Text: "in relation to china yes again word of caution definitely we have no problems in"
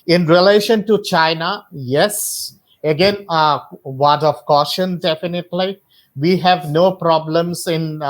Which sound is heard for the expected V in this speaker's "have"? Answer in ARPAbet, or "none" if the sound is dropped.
V